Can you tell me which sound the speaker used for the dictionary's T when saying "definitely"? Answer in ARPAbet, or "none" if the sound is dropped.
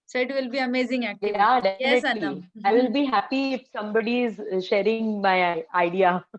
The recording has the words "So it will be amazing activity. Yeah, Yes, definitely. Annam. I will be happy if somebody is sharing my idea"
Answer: S